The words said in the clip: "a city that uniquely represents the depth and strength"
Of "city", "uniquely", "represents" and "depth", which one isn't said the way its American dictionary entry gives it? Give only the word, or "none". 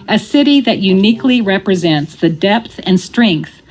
none